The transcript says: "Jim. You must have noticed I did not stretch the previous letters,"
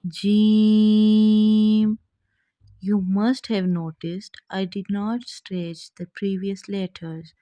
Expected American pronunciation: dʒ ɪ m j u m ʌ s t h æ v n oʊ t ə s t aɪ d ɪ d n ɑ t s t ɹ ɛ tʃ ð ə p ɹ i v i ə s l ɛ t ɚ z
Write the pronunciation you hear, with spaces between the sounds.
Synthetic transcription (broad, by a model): dʒ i m j u m ʌ s t h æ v n oʊ t ə s t aɪ d ɪ d n ɑ t s t ɹ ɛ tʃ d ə p ɹ i v i ə s l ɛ t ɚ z